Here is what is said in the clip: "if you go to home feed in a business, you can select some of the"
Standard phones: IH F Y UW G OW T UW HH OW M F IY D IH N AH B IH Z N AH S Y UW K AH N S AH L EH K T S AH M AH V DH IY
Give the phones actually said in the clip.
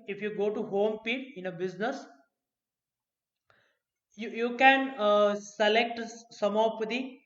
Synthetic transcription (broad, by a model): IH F Y UW G OW T UW HH OW M P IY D IH N AH B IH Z N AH S Y UW K AH N S AH L EH K T S AH M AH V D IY